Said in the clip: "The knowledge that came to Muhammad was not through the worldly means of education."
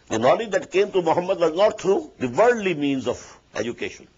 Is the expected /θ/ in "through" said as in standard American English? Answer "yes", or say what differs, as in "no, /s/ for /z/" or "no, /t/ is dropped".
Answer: no, /t/ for /θ/